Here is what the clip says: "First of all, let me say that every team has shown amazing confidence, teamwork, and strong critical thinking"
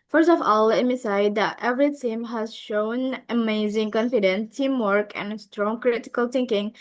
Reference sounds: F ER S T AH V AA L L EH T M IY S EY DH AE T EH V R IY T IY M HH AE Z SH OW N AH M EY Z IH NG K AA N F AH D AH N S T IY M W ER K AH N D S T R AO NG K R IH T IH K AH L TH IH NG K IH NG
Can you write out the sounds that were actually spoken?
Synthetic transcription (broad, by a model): F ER S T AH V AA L L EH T M IY S EY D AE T EH V R IY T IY M HH AE Z SH OW N AH M EY Z IH NG K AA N F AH D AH N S T IY M W ER K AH N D S T R AO NG K R IH T IH K AH L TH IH NG K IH NG